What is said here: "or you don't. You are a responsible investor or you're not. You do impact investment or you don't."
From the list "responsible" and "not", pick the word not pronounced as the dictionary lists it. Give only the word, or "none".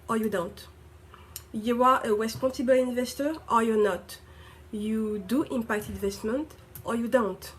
responsible